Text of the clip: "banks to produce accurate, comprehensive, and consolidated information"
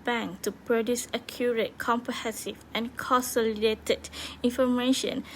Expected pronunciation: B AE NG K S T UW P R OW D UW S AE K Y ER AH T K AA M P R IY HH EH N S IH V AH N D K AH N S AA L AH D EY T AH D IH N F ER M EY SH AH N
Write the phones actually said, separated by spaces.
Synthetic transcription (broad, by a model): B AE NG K T UW P R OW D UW S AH K Y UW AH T K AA M P R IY HH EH N S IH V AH N K AH N S AA L AH D EY T AH D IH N F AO M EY SH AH N